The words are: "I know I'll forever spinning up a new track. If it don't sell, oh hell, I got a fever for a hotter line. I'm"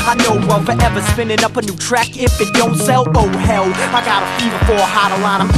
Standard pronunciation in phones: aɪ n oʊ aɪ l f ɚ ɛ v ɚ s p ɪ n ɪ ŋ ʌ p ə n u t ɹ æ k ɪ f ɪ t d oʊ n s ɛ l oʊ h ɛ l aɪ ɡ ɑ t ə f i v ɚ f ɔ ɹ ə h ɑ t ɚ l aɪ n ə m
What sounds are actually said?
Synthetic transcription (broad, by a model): aɪ n oʊ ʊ w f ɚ ɛ v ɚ s p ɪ n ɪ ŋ ʌ p ə n u t ɹ æ k ɪ f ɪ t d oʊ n s ɛ l oʊ h ɛ l aɪ ɡ ɑ t ə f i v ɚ f ɔ ɹ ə h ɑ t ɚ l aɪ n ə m